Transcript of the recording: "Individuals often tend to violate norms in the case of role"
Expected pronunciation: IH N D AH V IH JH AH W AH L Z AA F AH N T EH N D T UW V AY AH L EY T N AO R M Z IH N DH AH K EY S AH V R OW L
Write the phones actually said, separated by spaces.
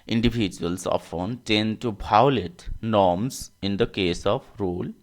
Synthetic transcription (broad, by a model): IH N D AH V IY JH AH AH L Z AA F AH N T EH N D T UW B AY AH L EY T N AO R M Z IH N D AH K EY S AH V R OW L